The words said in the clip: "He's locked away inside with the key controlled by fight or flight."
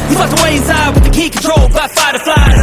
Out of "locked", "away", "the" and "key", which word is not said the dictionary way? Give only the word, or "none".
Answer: locked